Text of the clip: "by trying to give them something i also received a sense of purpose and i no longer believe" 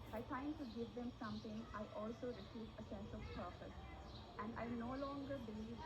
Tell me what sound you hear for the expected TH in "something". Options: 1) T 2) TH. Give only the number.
1